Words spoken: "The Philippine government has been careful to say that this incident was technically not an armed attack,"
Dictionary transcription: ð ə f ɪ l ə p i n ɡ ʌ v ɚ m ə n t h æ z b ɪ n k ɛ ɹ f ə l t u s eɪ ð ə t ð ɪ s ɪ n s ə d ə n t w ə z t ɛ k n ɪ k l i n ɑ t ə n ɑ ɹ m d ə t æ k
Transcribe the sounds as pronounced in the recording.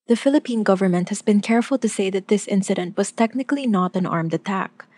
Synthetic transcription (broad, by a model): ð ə f ɪ l ə p i n ɡ ʌ v ɚ m ə n t h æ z b ɪ n k ɛ ɹ f ə l t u s eɪ ð ə t ð ɪ s ɪ n s ə d ə n t w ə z t ɛ k n ɪ k l i n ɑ t ə n ɑ ɹ m d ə t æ k